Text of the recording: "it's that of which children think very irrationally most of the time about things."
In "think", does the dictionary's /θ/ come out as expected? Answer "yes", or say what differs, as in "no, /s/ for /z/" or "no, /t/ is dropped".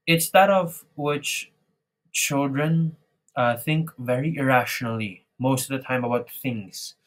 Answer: yes